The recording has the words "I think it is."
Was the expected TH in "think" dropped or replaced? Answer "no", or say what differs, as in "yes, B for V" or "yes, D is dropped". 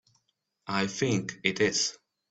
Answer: no